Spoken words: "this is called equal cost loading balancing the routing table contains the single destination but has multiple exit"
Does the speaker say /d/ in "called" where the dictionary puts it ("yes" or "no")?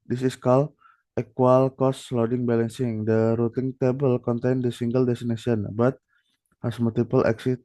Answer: no